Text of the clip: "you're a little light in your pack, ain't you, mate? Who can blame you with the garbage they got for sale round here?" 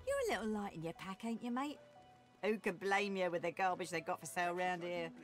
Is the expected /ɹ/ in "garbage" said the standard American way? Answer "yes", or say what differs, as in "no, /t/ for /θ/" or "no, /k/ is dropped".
no, /l/ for /ɹ/